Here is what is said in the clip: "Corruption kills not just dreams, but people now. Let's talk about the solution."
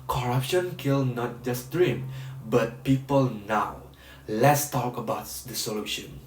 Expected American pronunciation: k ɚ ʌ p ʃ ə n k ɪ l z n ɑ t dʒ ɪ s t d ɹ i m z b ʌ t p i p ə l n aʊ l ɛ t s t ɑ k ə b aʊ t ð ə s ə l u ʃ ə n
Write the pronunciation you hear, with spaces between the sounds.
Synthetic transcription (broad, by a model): k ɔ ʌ p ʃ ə n k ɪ l n ɑ t dʒ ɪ s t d ɹ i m b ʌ t p i p ə l n aʊ l ɛ t s t ɑ k ə b aʊ t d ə s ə l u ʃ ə n